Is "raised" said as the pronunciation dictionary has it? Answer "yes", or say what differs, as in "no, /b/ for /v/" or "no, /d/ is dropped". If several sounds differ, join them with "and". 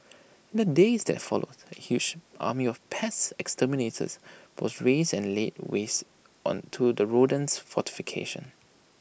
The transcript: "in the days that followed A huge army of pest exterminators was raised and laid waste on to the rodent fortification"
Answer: no, /d/ is dropped